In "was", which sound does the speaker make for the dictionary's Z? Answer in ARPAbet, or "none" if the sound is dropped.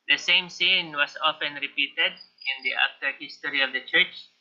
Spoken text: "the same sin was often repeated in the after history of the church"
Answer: S